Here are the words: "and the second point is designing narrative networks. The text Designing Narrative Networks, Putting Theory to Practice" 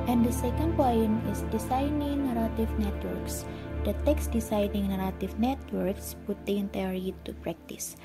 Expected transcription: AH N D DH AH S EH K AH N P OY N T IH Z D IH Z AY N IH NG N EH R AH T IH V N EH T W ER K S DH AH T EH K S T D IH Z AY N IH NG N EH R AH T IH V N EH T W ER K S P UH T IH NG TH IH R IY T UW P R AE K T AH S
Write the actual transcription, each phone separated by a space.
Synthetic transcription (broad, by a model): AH N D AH S EH K AH N P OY N IH S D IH S AY N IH NG N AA R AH T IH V N EH T W ER K S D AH T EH K S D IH S AY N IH NG N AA R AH T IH F N EH T W ER K S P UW T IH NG T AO R IY T UW P R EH K T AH S